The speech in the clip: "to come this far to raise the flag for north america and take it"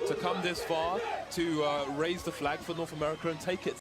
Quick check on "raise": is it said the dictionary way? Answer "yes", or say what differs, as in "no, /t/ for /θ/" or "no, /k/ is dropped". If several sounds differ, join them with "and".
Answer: yes